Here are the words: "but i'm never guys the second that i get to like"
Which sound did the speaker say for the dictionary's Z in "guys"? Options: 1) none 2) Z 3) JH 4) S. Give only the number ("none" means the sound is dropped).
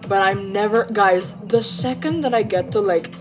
2